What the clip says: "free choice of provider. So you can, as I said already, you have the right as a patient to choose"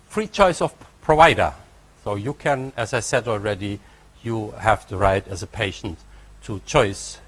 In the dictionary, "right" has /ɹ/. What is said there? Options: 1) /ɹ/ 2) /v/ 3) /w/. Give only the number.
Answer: 1